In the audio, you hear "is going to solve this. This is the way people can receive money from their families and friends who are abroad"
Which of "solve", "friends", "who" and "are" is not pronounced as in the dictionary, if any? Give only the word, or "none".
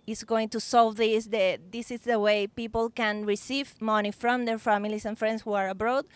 friends